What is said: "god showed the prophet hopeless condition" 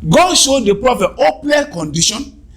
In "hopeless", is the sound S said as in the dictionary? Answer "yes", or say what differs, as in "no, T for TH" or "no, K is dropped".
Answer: no, S is dropped